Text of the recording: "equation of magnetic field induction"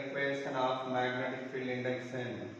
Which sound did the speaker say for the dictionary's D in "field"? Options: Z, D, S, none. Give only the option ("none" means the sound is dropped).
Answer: none